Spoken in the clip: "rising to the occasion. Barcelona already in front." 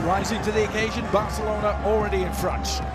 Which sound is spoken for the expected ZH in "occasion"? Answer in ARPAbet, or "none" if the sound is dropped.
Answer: ZH